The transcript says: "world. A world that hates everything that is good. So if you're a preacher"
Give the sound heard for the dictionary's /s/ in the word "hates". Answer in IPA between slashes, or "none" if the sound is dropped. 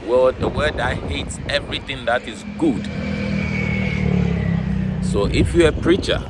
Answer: /s/